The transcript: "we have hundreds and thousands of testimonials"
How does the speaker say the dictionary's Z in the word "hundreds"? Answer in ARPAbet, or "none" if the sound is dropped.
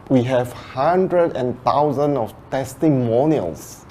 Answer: none